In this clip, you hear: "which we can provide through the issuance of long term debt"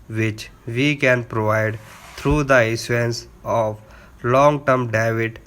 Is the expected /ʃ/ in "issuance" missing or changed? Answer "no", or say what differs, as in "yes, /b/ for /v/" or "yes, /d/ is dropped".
yes, /s/ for /ʃ/